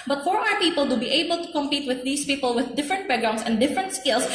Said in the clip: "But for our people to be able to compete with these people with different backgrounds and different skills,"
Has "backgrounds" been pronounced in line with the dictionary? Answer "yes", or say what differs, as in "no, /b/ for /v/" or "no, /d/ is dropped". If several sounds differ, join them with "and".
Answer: no, /k/ is dropped